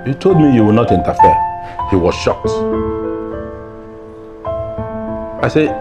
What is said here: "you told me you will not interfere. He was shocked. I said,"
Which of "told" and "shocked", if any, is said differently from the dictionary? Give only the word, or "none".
none